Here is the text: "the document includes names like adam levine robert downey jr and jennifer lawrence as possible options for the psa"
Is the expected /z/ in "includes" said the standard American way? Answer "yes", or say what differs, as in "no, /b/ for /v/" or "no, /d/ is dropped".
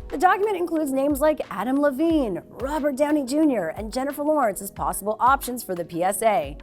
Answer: yes